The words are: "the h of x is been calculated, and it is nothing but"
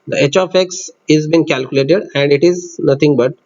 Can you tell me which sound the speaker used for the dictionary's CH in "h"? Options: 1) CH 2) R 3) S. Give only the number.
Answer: 1